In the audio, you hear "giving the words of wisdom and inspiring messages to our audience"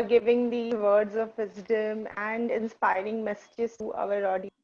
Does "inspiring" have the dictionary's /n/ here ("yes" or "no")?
yes